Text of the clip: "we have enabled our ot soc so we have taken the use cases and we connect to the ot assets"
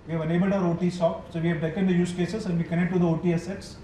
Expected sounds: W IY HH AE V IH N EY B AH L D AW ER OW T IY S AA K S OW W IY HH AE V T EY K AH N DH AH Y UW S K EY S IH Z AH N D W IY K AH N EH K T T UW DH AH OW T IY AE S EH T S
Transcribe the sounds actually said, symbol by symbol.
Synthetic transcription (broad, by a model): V IY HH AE V IH N EY B AH L D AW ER OW T IY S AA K S OW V IY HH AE V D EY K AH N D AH Y UW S K EY S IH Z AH N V IY K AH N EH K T T UW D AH OW T IY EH S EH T S